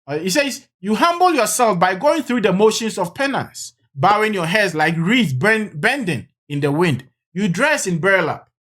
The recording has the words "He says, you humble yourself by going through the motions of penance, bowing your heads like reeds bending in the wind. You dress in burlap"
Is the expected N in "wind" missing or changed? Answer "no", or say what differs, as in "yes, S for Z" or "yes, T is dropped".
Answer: no